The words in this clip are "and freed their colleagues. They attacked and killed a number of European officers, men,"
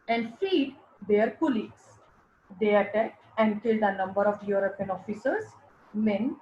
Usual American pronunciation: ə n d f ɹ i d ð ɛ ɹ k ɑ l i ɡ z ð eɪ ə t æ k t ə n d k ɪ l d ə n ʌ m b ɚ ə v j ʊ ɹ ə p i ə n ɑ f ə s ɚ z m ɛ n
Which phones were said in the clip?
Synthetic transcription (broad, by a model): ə n d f i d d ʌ ɹ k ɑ l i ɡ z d eɪ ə t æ k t ə n d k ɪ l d ə n ʌ m b ɚ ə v j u ɹ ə p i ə n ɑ f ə s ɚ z m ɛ n